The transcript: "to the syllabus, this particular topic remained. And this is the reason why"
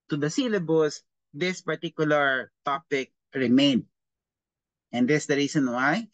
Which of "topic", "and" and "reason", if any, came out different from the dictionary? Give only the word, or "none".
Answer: reason